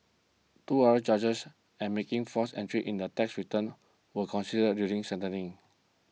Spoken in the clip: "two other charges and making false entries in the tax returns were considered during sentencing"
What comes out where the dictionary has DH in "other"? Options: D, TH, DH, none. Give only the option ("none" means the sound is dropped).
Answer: none